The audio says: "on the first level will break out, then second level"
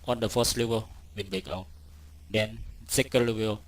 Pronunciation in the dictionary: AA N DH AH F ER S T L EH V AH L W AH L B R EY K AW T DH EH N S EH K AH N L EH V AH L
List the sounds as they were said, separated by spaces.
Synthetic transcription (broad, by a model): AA N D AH F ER S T L EH V AH L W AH N B R EY K AW T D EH N S EH K AH N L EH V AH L